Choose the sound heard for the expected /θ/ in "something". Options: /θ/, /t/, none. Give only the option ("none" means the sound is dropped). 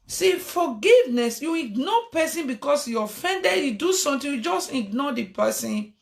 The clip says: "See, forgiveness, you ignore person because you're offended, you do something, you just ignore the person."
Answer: /t/